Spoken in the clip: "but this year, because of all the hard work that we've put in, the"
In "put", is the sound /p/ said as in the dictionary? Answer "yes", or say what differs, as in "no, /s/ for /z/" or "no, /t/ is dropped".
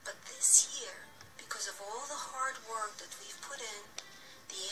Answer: yes